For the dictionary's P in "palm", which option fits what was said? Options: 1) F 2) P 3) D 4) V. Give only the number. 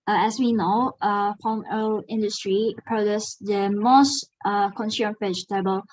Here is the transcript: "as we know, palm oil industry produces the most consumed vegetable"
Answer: 1